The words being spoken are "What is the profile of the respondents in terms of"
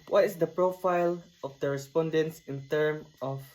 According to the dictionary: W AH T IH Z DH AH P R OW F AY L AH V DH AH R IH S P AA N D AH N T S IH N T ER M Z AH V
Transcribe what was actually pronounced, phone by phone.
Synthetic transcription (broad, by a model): W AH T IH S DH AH P R OW F AY L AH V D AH R IH S P AA N D AH N T S IH N T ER M AH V